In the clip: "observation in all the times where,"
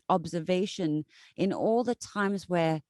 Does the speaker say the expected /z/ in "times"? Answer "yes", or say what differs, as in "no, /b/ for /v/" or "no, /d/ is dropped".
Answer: yes